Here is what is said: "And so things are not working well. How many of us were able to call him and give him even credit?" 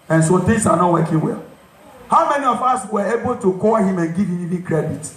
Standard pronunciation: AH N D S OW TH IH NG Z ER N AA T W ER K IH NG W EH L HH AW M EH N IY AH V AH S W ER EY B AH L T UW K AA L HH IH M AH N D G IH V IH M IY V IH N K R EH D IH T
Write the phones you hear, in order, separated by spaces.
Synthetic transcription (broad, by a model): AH N S OW T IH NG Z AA N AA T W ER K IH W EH HH AW M EH N IY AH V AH S W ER EY B AH L T UW K AA L HH IH M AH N G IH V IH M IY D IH K R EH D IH T